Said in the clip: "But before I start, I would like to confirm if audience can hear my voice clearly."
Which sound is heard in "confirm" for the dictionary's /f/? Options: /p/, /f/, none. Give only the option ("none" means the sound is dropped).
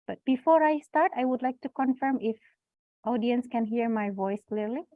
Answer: /f/